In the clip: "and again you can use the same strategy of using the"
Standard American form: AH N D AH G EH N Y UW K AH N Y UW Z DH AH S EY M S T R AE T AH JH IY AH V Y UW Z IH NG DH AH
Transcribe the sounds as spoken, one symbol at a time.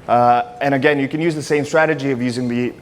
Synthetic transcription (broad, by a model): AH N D AH G EH N Y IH K AH N Y UW Z DH AH S EY M S T R AE T AH JH IY AH V Y UW Z IH NG DH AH